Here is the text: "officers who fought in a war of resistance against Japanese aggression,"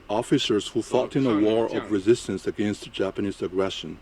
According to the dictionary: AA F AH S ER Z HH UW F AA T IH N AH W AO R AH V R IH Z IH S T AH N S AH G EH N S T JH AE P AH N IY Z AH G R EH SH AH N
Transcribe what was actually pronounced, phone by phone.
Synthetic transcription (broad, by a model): AA F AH S ER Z HH UW F AA T IH N AH W AO R AH V R IH Z IH S T AH N S AH G EH N S T JH AE P AH N IY Z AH G R EH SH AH N